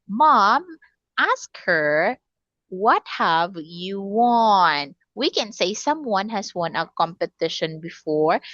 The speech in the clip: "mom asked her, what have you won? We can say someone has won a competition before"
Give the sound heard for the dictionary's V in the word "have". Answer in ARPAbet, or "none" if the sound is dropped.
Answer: V